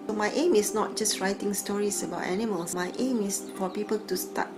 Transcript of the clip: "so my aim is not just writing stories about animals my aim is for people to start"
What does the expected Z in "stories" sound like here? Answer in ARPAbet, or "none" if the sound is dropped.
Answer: S